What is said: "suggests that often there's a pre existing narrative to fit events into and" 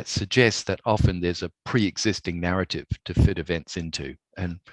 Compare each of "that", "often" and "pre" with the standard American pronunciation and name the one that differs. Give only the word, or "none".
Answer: none